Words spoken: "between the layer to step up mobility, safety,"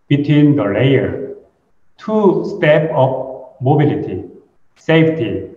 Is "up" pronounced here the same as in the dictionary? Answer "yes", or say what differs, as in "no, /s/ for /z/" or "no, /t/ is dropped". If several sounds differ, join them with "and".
no, /f/ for /p/